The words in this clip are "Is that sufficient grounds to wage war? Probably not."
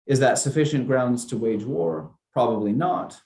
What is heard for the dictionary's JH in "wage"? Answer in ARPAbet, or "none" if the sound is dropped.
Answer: JH